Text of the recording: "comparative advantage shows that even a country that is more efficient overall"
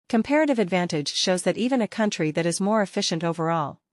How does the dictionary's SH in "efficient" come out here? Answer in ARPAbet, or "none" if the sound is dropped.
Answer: SH